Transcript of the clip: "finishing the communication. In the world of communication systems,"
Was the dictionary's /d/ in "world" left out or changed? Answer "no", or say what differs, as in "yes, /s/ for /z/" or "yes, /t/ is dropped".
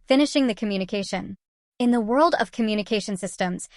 no